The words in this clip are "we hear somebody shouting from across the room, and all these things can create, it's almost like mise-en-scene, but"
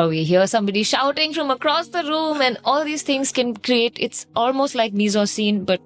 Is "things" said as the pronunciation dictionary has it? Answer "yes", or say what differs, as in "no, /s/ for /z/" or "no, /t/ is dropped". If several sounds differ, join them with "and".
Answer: no, /t/ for /θ/